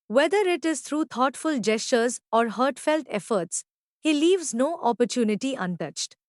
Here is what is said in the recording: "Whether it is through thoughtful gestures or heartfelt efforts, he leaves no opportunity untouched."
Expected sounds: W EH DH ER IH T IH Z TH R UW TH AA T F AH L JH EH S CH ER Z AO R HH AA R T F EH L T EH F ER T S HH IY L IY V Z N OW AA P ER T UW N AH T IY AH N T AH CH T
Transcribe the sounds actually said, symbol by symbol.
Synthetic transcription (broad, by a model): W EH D ER IH T IH Z T R UW T AA T F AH L JH EH S CH ER Z AO R HH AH R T F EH L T EH F ER T S HH IY L IY V Z N OW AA P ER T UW N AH T IY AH N T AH CH T